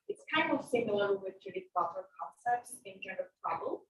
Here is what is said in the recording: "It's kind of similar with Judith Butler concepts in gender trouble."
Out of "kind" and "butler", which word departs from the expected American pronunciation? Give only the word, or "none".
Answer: butler